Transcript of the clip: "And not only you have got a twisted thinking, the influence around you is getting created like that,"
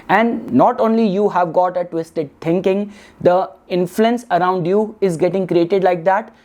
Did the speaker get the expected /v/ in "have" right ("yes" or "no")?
yes